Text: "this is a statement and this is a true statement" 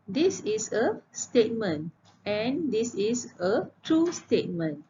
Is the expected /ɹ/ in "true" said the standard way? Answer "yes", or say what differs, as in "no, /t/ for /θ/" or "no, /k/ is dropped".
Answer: yes